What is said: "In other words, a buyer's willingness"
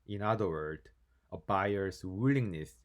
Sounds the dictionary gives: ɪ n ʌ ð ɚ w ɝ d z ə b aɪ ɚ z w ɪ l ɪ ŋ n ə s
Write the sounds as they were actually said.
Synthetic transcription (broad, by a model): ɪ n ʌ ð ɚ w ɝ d ə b aɪ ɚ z w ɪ l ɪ ŋ n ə s